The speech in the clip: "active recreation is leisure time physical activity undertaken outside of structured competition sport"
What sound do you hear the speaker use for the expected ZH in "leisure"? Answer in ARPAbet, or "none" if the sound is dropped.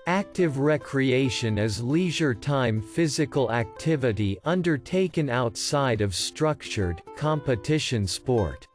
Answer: ZH